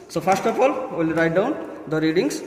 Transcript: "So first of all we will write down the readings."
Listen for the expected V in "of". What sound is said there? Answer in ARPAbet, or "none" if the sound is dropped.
P